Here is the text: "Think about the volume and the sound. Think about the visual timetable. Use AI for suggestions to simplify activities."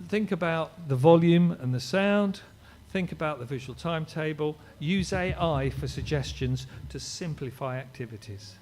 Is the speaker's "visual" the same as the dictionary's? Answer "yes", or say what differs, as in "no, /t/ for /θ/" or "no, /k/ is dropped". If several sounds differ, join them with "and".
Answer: yes